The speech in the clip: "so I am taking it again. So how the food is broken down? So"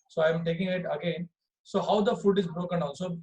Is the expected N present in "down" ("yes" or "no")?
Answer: no